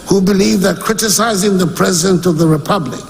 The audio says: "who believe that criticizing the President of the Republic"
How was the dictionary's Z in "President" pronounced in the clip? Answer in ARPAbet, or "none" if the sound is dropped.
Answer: Z